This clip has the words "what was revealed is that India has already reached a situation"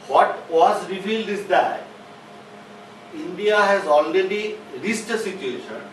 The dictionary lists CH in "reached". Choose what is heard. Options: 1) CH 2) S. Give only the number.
2